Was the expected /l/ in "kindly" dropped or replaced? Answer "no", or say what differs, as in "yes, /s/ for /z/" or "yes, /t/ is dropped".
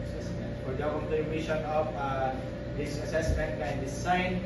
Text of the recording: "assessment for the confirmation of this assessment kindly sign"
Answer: yes, /l/ is dropped